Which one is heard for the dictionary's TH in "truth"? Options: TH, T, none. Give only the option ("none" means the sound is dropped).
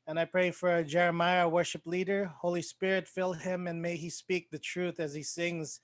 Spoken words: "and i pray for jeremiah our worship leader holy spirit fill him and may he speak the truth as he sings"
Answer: TH